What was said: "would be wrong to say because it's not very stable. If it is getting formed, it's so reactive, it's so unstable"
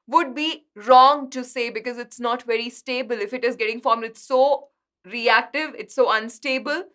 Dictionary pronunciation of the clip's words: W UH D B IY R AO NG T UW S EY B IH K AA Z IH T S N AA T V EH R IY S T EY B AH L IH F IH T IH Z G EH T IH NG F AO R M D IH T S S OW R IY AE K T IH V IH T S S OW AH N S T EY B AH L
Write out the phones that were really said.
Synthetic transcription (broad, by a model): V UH D B IY R AO NG T UW S EY B IH K AA Z IH T S N AA T V EH R IY S T EY B AH L IH F IH T IH Z G EH T IH NG F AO R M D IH T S S OW R IY AE K T IH V IH T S S OW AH N S T EY B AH L